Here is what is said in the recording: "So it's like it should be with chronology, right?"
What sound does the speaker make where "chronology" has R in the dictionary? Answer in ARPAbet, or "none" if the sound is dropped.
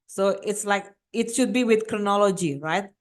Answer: R